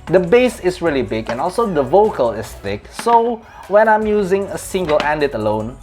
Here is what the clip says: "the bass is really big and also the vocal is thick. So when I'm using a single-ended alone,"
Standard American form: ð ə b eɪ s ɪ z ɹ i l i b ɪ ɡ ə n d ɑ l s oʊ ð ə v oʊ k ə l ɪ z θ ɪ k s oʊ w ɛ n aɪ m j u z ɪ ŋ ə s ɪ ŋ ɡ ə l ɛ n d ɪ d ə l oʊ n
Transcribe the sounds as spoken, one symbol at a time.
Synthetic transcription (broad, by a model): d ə b eɪ s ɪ s ɹ i l i b ɪ ɡ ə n ɑ l s oʊ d ə v oʊ k ə l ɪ s θ ɪ k s oʊ w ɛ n aɪ m j u z ɪ ŋ ə s ɪ ŋ ɡ ə l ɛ n d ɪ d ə l oʊ n